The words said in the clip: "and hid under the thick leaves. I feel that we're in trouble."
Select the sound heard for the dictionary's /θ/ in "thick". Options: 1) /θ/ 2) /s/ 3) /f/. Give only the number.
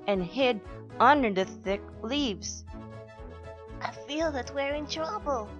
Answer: 1